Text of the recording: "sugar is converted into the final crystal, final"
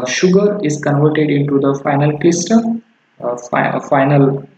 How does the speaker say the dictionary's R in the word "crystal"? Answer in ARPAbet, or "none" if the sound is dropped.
L